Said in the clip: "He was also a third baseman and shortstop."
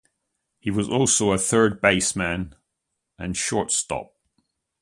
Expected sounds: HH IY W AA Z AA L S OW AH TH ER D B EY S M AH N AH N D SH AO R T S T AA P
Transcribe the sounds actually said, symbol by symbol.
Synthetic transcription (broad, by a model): HH IY W AA Z AA L S OW AH TH ER D B EY S M AH N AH N SH AO R T S T AA P